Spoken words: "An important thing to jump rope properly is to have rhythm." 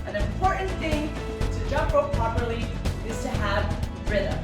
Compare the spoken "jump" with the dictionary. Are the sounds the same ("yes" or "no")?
no